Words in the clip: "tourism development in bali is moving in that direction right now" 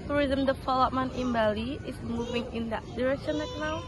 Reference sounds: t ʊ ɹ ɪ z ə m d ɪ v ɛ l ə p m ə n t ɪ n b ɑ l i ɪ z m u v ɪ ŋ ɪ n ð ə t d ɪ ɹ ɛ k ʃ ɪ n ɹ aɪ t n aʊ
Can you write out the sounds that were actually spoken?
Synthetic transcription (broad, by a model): t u ɹ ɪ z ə m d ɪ f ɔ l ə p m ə n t ɪ n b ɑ l i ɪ s m u v ɪ ŋ ɪ n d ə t d ɪ ɹ ɛ k ʃ ɪ n l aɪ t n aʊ